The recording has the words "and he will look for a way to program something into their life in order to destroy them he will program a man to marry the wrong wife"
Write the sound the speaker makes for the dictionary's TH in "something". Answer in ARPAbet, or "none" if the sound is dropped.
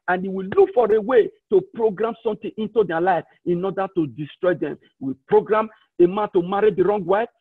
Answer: T